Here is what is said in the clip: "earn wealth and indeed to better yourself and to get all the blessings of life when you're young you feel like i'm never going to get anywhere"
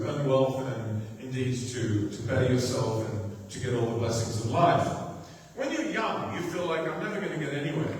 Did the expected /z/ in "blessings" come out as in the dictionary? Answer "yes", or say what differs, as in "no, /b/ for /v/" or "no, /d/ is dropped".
yes